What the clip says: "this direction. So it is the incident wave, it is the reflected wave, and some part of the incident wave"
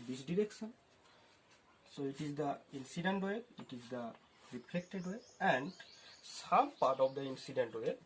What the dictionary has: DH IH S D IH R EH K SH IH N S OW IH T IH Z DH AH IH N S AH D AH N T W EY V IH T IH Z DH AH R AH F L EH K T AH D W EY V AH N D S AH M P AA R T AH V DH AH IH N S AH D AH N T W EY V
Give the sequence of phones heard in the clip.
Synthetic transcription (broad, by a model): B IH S D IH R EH K S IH N S OW IH T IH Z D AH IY N S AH D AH N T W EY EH IH T IH Z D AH R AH P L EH K T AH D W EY AH N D S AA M P AA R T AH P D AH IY N S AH D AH N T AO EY